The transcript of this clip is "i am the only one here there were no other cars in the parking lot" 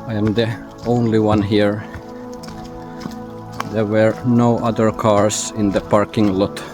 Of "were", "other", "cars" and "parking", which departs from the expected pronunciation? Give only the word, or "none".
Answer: cars